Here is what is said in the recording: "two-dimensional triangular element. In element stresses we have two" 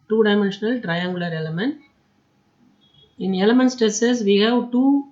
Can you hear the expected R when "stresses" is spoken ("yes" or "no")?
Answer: no